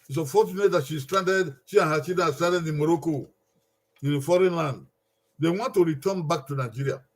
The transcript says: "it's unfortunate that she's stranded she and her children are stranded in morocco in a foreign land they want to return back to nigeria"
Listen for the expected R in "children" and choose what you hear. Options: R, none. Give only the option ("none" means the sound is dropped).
none